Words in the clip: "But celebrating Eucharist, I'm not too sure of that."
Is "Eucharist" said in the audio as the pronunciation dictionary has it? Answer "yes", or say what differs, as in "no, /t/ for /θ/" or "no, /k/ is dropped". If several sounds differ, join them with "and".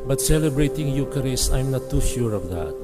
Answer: no, /t/ is dropped